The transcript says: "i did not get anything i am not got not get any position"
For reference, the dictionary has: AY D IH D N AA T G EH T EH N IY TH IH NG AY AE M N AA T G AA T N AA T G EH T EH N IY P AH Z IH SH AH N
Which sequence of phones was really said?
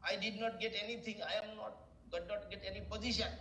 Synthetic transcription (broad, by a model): AY D IH D N AA T G EH T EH N IY T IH NG AY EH M N AA T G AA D N AA T G EH T EH N IY P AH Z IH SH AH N